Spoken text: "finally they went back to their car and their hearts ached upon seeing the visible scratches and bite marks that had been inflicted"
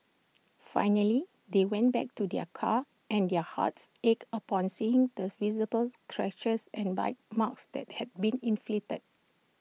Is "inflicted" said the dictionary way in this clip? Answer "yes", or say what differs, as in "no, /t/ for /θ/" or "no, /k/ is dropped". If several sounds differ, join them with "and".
no, /k/ is dropped